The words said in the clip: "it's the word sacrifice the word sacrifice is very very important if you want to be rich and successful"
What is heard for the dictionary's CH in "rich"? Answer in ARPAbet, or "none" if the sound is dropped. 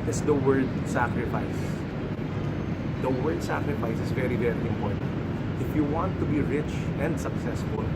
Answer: CH